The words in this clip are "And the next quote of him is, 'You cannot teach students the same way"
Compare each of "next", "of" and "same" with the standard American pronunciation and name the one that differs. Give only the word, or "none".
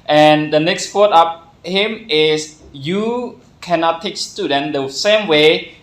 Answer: of